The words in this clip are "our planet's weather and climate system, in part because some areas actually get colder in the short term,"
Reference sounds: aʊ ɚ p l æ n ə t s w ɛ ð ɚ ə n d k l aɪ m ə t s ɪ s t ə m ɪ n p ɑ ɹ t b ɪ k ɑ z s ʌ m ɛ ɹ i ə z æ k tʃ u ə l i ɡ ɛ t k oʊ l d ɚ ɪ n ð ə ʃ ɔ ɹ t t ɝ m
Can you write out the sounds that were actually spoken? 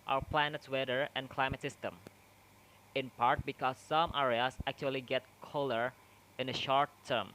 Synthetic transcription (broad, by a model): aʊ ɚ p l æ n ə t s w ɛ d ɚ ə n k l aɪ m ə t s ɪ s t ə m ɪ n p ɑ ɹ t b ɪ k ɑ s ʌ m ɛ ɹ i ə s æ k tʃ u ə l i ɡ ɛ t k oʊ l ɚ ɪ n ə ʃ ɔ ɹ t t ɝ m